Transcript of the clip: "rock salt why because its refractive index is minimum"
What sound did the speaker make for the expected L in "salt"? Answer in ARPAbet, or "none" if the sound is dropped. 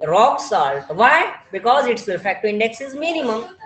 L